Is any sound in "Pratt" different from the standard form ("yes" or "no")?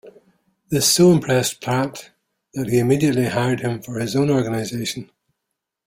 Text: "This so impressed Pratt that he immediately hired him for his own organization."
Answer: yes